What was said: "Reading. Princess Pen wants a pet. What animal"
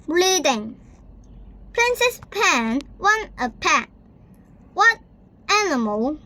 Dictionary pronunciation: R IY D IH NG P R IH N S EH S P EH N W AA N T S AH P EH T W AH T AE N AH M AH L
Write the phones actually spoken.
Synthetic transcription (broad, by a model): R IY D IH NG P R IH N S EH S P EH N W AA N T AH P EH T W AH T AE N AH M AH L